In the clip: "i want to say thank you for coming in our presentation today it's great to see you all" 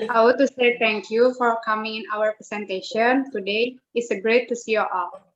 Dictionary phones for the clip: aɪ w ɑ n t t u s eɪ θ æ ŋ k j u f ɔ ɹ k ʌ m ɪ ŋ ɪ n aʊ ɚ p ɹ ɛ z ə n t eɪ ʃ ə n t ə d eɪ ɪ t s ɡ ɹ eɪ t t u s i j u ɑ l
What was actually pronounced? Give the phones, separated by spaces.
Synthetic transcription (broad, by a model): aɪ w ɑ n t t u s eɪ t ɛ ŋ k j u f ɔ ɹ k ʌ m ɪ ŋ ɪ n aʊ ɚ p ɹ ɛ s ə n t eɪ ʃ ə n t ə d eɪ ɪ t s ɡ ɹ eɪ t t u s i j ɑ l